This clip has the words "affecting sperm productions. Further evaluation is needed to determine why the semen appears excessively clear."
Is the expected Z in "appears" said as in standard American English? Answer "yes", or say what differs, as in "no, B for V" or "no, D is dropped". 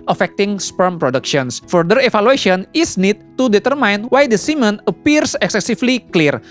no, S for Z